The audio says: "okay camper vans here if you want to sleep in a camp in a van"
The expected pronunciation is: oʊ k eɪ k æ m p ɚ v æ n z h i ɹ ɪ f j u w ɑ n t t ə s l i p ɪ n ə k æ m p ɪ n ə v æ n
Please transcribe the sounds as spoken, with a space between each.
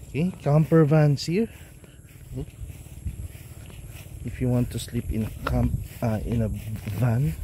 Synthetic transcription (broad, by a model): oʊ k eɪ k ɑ m p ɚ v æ n s h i ɹ ɪ f j u w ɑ n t t ə s l i p ɪ n ə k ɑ m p ɪ n ə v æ n